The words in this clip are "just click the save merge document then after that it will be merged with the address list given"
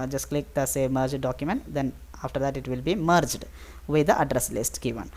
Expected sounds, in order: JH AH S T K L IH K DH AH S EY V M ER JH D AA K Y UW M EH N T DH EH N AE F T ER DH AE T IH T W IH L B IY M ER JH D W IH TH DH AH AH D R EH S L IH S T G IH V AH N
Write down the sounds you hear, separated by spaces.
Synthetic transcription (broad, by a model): JH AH S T K L IH K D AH S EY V M ER JH D AA K Y UW M EH N T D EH N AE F T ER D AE T IH T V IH L B IY M ER JH D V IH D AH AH D R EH S L IH S T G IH V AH N